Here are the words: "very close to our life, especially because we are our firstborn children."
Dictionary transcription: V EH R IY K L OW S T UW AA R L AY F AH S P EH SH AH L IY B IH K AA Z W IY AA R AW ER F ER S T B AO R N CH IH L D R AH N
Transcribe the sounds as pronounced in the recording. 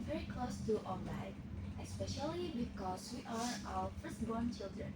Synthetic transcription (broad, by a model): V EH R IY K L OW S T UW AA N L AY AH S P EH SH AH L IY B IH K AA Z W IY AA R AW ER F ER S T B AO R N CH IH L D R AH N